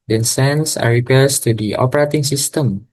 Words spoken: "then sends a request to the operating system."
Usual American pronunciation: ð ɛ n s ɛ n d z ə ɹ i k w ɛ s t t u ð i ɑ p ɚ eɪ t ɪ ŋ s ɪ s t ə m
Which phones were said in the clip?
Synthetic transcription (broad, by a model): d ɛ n s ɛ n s ə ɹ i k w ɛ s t t u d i ɑ p ɚ eɪ t ɪ ŋ s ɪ s t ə m